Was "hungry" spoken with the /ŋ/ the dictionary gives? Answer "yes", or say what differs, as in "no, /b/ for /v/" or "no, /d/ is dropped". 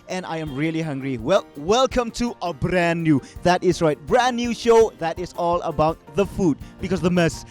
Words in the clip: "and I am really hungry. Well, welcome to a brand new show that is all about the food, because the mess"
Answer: yes